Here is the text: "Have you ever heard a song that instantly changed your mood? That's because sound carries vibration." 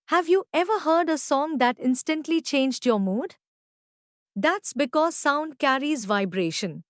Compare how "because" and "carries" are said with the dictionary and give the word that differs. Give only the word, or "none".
none